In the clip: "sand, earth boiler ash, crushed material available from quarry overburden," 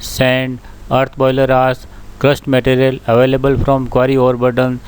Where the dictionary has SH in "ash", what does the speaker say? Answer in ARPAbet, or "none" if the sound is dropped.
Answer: S